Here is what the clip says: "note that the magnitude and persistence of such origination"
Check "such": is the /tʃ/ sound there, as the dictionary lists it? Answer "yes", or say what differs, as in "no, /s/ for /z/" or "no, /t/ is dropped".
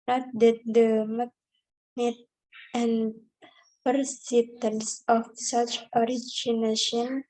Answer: yes